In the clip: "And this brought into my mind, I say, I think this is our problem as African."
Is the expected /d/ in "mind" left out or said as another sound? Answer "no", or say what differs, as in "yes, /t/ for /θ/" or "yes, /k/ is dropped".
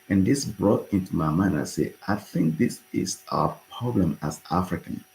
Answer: yes, /d/ is dropped